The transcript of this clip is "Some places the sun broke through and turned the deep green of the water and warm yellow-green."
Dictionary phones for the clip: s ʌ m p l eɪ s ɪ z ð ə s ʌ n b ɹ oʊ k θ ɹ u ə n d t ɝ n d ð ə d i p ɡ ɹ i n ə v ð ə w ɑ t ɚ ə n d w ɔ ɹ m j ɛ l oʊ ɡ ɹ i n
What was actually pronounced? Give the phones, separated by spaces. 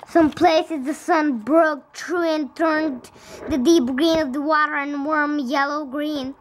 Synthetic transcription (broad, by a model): s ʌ m p l eɪ s ɪ z ð ə s ʌ n b ɹ oʊ k t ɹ u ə n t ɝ n ð ə d i p ɡ ɹ i n ə v ð ə w ɑ t ɚ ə n w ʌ ɹ m j ɛ l oʊ ɡ ɹ i n